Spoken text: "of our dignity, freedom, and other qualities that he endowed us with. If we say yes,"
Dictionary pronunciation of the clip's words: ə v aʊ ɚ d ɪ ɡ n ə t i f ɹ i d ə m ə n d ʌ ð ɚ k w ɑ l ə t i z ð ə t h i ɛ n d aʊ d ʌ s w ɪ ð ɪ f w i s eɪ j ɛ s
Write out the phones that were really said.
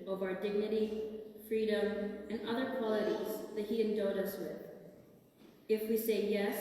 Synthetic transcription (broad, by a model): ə v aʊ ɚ d ɪ ɡ n ə t i f ɹ i d ə m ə n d ʌ ð ɚ k w ɑ l ə t i z ð ə t h i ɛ n d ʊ d ʌ s w ɪ ð ɪ f w i s eɪ j ɛ s